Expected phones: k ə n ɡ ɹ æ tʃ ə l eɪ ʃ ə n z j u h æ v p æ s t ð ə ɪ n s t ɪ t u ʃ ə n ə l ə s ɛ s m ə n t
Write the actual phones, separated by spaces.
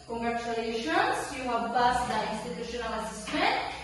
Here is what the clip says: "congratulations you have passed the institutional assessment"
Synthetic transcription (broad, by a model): k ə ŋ ɡ ɹ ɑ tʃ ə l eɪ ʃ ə n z j u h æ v b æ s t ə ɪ n s t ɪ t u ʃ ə n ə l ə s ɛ s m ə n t